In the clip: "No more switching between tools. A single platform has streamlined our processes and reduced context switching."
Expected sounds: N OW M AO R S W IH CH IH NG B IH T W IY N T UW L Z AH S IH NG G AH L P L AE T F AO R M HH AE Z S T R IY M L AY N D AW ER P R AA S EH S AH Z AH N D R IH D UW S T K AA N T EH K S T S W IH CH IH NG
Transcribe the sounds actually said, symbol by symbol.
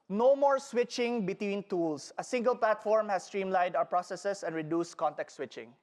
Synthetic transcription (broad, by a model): N OW M AO R S W IH CH IH NG B IH T W IY N T UW L S AH S IH NG G AH L P L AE T F AO R M HH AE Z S T R IY M L AY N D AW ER P R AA S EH S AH S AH N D R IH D UW S T K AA N T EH K T S W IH CH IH NG